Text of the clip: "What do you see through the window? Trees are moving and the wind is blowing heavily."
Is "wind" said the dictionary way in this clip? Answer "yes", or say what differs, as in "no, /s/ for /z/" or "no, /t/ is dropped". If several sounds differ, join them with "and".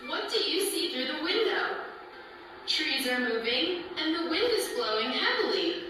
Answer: yes